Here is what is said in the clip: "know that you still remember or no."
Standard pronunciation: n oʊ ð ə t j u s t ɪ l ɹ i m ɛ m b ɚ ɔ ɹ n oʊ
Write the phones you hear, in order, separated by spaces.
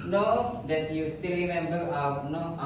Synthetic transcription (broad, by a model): n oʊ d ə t j u s t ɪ l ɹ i m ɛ m b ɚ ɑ w n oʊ